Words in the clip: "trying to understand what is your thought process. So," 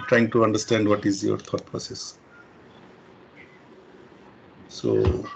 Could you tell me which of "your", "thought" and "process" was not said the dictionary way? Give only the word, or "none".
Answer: thought